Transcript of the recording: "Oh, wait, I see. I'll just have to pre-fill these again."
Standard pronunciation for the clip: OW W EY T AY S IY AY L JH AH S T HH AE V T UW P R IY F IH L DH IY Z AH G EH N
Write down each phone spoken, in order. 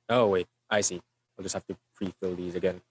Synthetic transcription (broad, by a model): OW W EY T AY S IY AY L JH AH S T HH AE F T UW P R IY F IH L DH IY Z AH G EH N